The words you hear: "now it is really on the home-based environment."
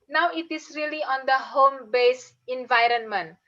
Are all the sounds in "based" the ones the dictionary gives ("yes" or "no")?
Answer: no